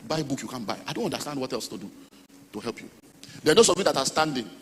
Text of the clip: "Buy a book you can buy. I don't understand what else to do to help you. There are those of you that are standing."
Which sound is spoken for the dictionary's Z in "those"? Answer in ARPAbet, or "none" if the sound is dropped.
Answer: S